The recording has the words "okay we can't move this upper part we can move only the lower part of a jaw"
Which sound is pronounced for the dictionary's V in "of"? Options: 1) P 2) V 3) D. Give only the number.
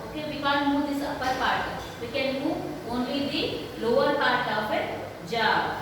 1